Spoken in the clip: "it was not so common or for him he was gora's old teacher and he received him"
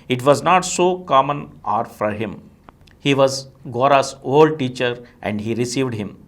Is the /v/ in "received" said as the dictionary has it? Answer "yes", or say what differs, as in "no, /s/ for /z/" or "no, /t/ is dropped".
yes